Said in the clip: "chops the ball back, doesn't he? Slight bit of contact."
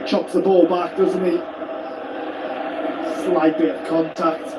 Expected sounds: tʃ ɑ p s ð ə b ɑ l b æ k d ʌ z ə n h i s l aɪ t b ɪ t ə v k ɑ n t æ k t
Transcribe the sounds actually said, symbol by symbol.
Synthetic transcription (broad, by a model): tʃ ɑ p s ð ə b ɑ l b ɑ k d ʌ z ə n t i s l aɪ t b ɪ ə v k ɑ n t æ k t